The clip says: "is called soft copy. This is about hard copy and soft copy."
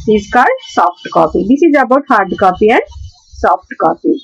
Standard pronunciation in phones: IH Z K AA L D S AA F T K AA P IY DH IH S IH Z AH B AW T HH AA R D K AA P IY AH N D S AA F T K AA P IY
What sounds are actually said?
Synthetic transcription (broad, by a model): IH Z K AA D S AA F T K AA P IY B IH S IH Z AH B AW T HH AA R D K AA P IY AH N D S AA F T K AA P IY